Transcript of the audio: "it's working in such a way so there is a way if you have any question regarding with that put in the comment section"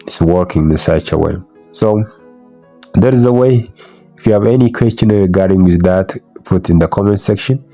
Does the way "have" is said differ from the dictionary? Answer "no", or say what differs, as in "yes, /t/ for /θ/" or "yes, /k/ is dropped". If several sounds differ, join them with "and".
no